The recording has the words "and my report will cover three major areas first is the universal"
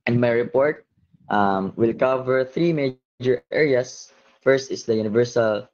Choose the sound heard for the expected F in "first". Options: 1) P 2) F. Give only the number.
2